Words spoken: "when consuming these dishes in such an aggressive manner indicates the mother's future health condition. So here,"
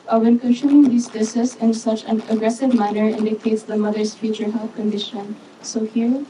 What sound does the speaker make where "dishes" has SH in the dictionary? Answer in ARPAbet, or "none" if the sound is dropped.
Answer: S